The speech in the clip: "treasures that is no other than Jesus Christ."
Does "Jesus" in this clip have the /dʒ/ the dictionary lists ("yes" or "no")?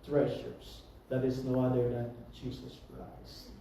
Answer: no